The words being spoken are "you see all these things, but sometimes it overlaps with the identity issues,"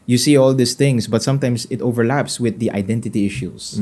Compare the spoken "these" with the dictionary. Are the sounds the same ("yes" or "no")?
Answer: no